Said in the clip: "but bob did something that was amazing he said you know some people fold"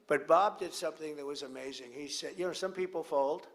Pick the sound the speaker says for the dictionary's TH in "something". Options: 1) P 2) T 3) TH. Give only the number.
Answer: 3